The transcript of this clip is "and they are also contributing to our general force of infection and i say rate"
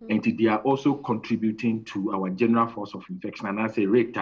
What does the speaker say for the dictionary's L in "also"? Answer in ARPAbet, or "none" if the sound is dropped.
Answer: L